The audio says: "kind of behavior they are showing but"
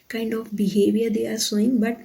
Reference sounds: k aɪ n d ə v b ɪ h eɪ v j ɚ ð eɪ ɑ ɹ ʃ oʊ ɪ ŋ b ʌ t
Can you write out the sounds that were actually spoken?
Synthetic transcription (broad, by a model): k aɪ n d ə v b ɪ h eɪ v j ɚ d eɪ ɑ ɹ s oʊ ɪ ŋ b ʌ t